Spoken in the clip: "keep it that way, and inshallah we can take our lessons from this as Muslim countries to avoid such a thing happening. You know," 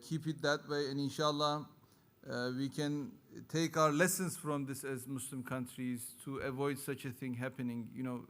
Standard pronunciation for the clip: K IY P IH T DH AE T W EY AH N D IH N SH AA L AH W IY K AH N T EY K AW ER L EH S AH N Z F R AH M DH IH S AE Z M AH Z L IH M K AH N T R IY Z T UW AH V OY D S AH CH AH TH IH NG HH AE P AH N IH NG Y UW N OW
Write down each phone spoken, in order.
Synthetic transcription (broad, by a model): K IY P IH T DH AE T W EY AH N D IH N SH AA L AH W IY K AH N T EY K AW ER L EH S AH N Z F R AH M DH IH S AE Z M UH S L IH M K AH N T R IY Z T UW AH V OY D S AH CH AH TH IH NG HH AE P AH N IH NG Y UW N OW